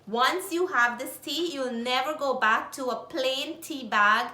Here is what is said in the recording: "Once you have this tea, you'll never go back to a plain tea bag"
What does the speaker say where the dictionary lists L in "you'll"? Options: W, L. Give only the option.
L